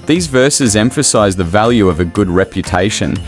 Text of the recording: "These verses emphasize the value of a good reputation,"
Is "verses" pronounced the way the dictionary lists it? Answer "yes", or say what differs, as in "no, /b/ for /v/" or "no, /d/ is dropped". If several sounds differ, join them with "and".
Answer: yes